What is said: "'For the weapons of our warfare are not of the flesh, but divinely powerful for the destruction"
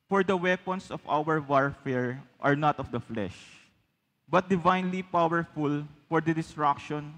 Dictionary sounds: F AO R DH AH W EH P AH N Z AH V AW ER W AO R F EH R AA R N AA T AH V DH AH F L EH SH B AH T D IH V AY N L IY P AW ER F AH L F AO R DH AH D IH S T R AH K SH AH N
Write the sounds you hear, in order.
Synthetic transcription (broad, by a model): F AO R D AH W EH P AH N S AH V AW ER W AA R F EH R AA R N AA T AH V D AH F L EH SH B AH T D IH V AY N L IY P AW ER F AH L F AO R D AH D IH S T R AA K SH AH N